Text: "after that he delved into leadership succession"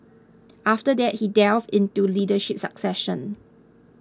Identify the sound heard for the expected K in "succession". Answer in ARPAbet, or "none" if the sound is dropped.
K